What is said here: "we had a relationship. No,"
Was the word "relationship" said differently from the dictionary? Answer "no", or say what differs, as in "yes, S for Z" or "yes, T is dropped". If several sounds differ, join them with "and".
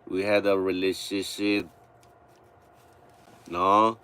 yes, N is dropped